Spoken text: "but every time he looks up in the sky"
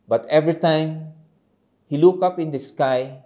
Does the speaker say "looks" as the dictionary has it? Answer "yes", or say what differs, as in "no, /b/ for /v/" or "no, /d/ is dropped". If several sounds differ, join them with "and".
no, /s/ is dropped